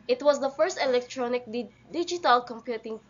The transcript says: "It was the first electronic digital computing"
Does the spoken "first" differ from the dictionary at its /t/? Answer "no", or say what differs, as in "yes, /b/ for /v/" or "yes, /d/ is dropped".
no